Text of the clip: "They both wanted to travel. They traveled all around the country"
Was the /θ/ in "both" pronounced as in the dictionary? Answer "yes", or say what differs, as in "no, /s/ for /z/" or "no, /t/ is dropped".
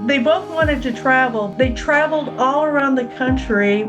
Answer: yes